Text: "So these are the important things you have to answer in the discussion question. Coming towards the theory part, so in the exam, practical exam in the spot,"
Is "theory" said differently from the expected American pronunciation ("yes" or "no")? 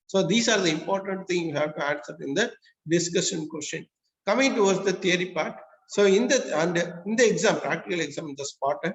yes